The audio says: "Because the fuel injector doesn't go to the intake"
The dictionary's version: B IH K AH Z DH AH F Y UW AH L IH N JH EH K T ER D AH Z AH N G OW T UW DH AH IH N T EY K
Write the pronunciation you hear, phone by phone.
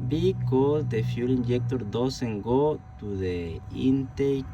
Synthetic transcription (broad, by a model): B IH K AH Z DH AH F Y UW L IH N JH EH K T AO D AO S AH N G OW T UW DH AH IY N T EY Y